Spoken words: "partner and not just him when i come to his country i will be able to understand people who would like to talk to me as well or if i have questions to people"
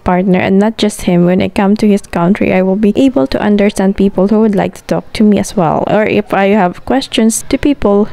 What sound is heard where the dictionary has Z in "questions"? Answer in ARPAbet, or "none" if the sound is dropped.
S